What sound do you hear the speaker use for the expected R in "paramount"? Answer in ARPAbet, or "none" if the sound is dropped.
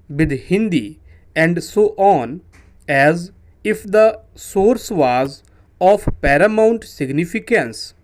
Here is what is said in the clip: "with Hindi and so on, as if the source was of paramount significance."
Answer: R